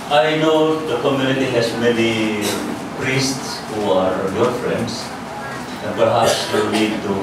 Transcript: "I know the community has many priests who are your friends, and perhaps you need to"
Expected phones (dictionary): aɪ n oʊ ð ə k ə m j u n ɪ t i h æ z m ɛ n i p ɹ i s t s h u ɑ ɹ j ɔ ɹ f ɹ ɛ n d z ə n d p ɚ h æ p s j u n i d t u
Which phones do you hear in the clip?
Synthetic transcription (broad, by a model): aɪ n oʊ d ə k ə m j u n ɪ t i h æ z m ɛ n i p ɹ i s t s h u ɑ ɹ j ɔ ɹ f ɹ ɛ n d s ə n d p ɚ h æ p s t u l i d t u